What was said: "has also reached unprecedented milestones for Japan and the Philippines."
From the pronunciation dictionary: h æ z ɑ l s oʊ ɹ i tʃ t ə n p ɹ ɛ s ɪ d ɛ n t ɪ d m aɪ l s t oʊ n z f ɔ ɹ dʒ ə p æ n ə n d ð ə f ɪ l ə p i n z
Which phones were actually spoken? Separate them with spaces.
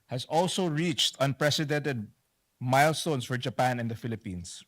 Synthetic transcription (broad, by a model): h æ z ɑ l s oʊ ɹ i tʃ t ə n p ɹ ɛ s ɪ d ɛ n t ɪ d m aɪ l s t oʊ n s f ɔ ɹ dʒ ə p æ n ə n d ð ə f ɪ l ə p i n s